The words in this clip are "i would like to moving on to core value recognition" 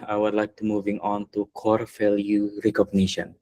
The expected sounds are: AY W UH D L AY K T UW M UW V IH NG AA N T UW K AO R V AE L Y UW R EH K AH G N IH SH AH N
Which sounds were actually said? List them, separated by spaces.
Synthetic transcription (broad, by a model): AY W UH D L AY K T UW M UW V IH NG AA N T UW K AO R F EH L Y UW R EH K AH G N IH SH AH N